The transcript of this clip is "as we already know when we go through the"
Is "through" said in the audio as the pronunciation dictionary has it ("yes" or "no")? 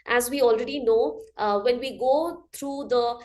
no